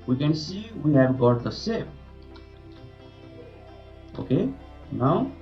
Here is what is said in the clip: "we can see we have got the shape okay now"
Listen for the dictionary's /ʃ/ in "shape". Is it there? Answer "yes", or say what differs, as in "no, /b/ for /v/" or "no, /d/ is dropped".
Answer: no, /s/ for /ʃ/